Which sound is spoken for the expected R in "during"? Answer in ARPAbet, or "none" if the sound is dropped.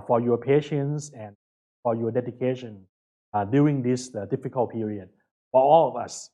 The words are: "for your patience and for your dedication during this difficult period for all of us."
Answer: none